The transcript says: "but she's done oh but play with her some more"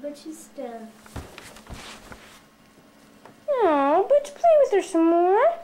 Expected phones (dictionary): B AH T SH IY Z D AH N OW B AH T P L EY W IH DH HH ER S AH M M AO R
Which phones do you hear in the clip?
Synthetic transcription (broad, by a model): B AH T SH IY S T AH OW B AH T P L EY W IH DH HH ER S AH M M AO R